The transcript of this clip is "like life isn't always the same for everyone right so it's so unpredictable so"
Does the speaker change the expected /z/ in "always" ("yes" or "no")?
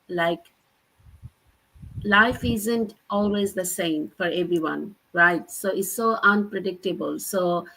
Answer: no